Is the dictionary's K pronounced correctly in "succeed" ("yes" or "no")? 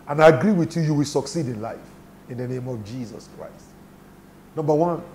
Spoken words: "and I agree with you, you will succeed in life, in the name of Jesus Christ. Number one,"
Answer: yes